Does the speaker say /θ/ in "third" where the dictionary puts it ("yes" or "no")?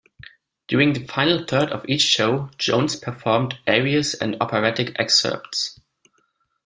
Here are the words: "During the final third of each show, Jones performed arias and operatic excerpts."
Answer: yes